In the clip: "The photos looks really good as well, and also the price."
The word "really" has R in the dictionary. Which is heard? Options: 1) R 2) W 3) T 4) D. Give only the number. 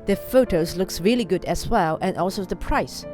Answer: 1